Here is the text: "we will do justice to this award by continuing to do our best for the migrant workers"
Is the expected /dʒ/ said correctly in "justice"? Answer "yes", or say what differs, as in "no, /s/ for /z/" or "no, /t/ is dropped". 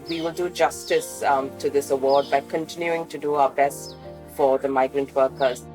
yes